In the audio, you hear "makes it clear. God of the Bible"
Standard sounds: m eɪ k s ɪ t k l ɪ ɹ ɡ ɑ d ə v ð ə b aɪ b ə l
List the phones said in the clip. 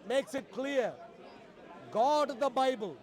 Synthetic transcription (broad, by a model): m eɪ k s ɪ t k l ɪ ɹ ɡ ɑ d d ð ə b aɪ b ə l